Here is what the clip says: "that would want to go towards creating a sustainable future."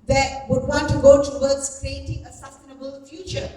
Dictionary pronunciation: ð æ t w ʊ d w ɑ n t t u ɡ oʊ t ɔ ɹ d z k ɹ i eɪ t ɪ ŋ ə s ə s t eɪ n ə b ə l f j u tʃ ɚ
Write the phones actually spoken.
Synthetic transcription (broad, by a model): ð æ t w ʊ d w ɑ n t t u ɡ oʊ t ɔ w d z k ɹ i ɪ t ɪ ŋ ə s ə s t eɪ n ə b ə l f j u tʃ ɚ